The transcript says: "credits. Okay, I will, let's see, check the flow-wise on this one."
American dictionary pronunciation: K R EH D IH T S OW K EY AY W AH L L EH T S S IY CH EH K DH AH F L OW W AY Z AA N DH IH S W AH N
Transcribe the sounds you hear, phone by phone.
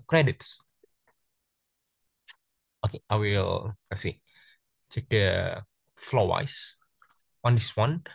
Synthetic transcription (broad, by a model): K R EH D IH T S OW K EY AY W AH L L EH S S IY CH EH K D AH F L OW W AY S AA N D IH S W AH N